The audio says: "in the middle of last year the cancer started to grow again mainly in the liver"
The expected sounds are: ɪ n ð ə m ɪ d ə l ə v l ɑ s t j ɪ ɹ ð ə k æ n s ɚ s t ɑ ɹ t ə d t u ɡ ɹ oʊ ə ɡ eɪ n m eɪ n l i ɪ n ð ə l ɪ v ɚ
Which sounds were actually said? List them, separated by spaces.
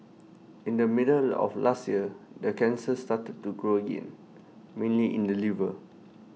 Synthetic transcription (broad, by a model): ɪ n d ə m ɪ d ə l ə f l ɑ s t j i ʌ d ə k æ n s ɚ s t ɑ t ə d t u ɡ ɹ oʊ ə ɡ eɪ n m eɪ n l i ɪ n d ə l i v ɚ